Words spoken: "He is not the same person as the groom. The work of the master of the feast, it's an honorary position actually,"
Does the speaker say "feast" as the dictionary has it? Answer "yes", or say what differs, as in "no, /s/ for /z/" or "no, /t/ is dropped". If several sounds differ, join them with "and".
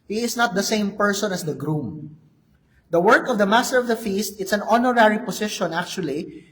yes